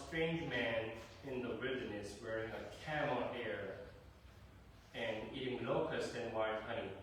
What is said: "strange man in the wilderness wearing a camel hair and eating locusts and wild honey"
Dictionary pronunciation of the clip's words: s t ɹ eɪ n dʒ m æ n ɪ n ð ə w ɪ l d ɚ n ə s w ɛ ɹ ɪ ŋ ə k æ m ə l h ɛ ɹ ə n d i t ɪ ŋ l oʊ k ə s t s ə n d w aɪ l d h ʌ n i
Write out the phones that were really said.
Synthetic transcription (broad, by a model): s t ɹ eɪ n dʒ m æ n ɪ n ð ə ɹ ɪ d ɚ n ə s w ɛ ɹ ɪ ŋ ə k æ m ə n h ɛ ɹ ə n i t ɪ ŋ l oʊ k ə s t ə n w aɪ d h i